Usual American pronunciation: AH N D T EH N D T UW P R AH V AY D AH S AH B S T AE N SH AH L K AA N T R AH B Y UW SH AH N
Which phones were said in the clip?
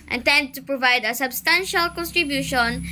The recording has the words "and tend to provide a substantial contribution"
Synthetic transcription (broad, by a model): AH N T EH N D T UW P R AH V AY D AH S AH B S T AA N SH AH L K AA N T R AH B Y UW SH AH N